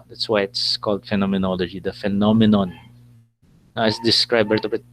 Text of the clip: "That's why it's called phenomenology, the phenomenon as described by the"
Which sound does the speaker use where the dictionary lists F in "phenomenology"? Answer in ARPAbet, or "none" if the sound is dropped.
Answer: F